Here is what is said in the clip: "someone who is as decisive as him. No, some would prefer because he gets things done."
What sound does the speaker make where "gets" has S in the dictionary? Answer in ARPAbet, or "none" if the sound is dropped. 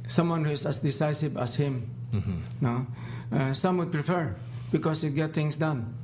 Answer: none